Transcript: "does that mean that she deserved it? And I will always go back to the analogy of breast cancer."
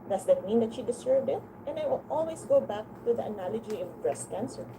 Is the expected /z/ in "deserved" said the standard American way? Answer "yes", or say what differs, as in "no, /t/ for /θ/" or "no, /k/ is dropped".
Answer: no, /s/ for /z/